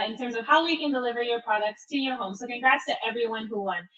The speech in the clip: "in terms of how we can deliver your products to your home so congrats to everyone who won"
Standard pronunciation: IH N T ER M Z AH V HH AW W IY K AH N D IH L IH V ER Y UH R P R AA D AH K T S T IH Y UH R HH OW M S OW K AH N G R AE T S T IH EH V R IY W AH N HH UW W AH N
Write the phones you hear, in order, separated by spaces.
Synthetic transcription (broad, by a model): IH N T ER M Z AH V HH AW W IY K AH N D IH L IH V ER Y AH R P R AA D AH K T S T IH Y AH R HH OW M S OW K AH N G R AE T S T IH EH V R IY W AH N HH UW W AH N